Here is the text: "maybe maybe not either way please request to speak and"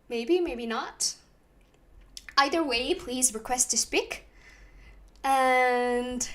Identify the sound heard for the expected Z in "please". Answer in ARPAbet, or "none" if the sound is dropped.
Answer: Z